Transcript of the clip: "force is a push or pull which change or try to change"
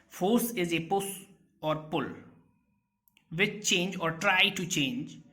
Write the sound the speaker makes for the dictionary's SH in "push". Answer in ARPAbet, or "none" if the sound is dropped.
S